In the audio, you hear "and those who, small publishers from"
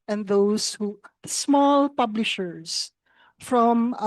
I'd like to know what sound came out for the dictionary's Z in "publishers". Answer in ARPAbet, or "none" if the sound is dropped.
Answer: S